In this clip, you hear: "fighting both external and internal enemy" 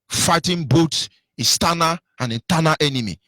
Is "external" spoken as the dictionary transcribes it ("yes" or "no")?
no